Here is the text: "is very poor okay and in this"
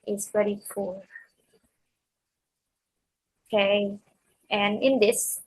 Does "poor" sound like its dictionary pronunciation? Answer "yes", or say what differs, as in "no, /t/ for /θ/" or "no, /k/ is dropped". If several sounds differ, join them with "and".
no, /f/ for /p/ and /l/ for /ɹ/